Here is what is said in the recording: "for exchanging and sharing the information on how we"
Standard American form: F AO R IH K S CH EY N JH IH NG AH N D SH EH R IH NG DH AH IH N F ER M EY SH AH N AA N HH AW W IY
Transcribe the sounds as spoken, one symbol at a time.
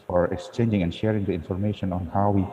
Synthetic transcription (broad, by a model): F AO R IH K S CH EY N JH IH NG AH N SH EH R IH NG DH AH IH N F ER M EY SH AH N AA N HH AW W IY